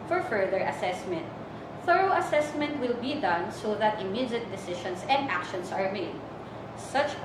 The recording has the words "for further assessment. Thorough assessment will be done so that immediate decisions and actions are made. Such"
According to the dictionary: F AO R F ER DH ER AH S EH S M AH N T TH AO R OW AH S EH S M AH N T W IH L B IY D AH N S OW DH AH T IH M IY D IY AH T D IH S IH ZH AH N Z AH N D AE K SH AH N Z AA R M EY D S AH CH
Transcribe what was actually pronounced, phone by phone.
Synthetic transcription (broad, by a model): F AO R F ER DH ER AH S EH S M AH N T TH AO R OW AH S EH S M AH N T W IH L B IY D AH N S OW DH AH T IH M IY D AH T D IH S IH SH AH N S AH N D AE K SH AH N S AA R M EY D S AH CH